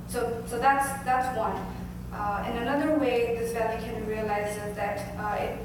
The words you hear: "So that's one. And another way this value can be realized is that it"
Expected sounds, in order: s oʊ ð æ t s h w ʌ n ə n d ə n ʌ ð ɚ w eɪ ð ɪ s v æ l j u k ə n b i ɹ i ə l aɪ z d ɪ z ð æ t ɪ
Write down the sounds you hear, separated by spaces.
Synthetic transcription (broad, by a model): s oʊ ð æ t s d w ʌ n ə n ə n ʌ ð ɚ w eɪ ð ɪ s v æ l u k ə n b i ɹ i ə l aɪ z ɪ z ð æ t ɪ